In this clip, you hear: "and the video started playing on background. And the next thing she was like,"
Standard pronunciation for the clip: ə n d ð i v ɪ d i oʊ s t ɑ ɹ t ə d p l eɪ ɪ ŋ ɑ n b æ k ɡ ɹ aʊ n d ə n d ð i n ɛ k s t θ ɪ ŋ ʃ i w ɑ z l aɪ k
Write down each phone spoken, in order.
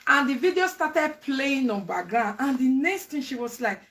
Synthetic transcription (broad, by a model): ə n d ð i v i d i oʊ s t ɑ t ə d p l eɪ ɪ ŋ ɑ n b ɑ ɡ aʊ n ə n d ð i n ɛ k s t t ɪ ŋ ʃ i w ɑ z l aɪ k